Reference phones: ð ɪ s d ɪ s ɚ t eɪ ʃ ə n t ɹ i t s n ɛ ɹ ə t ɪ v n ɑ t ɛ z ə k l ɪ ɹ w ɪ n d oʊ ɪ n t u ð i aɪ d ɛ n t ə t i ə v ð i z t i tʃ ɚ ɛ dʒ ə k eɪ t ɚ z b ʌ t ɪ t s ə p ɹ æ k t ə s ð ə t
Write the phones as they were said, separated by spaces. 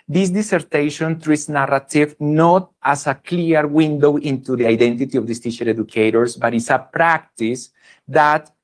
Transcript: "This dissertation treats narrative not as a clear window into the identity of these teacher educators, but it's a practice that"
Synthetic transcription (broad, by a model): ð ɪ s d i s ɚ t eɪ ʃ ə n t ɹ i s n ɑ ɹ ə t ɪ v n ɑ t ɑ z ə k l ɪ ɹ w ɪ n d oʊ ɪ n t u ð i aɪ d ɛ n t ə t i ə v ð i s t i ʃ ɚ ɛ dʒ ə k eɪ t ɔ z b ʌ t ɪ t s ə p ɹ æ k t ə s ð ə t